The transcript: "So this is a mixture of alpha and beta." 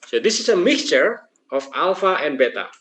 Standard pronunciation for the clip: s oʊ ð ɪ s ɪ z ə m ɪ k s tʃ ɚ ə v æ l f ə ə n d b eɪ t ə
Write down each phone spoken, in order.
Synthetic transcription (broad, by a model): s oʊ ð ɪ s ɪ s ə m ɪ k s tʃ ɚ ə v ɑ l f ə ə n b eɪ t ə